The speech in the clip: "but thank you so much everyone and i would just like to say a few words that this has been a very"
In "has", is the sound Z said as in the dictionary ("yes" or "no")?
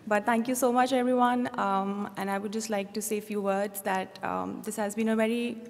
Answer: yes